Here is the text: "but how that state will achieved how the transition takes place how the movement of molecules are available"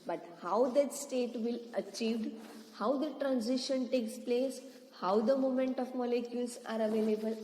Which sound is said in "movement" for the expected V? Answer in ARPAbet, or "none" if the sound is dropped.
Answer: none